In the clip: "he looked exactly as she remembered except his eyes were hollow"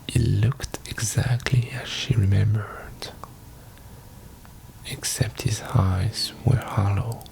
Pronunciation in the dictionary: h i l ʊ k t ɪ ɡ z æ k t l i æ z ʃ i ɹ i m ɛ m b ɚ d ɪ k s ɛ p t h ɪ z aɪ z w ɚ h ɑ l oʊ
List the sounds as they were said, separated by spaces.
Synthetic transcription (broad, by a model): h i l ʊ k t ɪ ɡ z æ k t l i æ z ʃ i ɹ i m ɛ m b ɚ d ɪ k s ɛ p t h ɪ z aɪ z w ɚ h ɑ l oʊ